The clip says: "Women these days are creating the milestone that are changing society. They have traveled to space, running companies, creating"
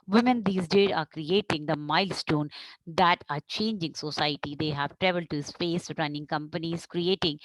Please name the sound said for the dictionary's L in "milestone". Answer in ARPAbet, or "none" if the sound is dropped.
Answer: L